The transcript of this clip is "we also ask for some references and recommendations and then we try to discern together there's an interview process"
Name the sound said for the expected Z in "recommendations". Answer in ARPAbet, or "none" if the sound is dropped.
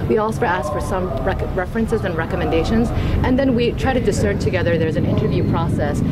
Z